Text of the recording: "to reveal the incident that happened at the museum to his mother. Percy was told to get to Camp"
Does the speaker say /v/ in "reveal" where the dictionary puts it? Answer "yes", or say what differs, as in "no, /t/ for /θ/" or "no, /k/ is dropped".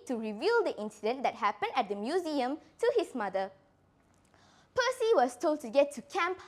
yes